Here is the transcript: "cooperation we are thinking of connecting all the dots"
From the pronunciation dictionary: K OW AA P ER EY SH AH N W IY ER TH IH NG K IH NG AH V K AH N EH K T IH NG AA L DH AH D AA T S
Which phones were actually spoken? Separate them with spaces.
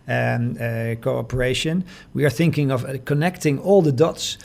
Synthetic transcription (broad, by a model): K OW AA P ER EY SH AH N W IY ER TH IH NG K IH NG AH V K AH N EH K T IH NG AA L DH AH D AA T S